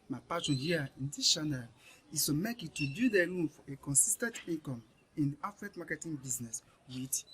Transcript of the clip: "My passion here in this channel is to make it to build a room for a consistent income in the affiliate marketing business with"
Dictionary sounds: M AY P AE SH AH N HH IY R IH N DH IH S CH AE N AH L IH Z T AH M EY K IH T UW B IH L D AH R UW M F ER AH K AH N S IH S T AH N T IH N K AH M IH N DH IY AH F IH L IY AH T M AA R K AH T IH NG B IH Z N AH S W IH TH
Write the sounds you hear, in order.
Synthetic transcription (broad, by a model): M AY P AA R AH N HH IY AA IH N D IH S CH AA N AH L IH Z T AH M EY K IH T UW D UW D AH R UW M F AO AH K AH N S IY S T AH N T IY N K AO M IH N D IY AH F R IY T M AA K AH T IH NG B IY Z N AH S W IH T